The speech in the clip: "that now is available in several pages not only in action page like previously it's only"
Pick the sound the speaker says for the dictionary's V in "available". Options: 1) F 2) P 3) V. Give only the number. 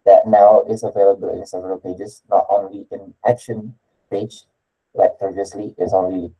3